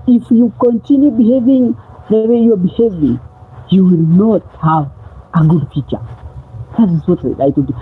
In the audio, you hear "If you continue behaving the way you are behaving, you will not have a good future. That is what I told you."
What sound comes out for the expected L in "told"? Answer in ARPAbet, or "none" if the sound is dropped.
none